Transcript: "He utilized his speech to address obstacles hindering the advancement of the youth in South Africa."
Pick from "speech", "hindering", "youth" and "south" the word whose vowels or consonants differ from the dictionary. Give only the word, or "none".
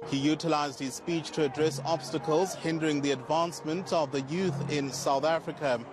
none